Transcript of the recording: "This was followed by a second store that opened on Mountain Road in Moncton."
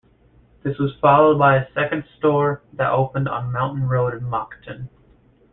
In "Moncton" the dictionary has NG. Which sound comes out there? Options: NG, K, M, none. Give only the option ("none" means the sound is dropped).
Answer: none